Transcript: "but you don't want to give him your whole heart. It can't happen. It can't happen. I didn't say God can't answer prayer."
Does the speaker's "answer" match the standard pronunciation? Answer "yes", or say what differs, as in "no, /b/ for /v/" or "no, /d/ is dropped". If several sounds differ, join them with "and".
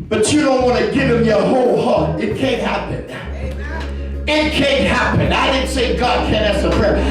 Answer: no, /n/ is dropped